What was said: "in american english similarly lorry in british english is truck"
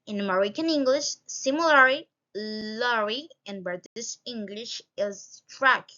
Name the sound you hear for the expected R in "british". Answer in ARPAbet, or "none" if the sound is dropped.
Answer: none